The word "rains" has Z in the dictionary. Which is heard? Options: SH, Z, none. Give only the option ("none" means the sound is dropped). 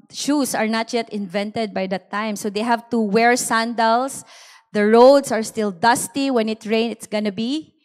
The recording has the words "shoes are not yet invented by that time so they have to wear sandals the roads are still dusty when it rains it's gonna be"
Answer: none